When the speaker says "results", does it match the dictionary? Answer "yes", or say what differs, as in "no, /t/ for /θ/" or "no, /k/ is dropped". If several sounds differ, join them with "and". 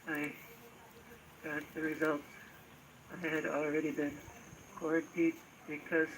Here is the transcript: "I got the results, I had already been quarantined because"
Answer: no, /s/ is dropped